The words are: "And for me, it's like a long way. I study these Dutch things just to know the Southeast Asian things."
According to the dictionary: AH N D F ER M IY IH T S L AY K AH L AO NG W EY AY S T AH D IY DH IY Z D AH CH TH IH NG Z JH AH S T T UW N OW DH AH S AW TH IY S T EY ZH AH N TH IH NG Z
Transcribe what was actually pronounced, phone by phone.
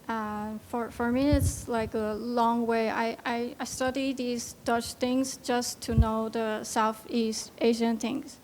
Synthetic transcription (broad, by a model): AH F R F ER M IY IH T S L AY K AH L AO NG W EY AY S T AH D IY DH IY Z D AH CH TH IH NG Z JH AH S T T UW N OW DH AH S AW TH IY S T EY ZH AH N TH IH NG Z